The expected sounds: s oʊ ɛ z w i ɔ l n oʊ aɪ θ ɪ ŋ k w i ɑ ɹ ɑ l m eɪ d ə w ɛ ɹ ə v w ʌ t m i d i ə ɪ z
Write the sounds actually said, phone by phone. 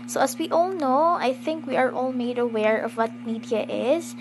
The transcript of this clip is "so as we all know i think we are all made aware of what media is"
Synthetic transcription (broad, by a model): s oʊ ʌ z w i ɔ l n oʊ aɪ θ ɪ ŋ k w i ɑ ɹ ɑ l m eɪ d ə w ɛ ɹ ə v w ʌ t m i d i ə ɪ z